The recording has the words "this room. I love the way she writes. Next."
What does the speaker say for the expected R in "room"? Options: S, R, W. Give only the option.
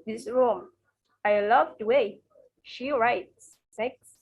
R